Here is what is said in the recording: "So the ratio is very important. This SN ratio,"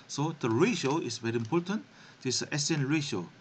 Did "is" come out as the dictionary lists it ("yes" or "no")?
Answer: no